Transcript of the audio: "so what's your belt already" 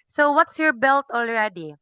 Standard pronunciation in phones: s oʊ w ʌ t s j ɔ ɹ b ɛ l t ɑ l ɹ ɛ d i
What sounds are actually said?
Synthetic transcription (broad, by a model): s oʊ w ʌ t s j ɔ ɹ b ɛ l t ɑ l ɹ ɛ d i